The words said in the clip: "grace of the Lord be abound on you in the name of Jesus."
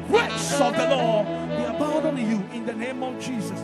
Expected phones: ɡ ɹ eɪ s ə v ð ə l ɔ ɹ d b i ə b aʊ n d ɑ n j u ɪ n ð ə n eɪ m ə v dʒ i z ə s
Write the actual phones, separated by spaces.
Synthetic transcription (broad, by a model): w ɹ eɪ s ə v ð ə l ɔ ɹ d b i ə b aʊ d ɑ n j u ɪ n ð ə n eɪ m ə v dʒ i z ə s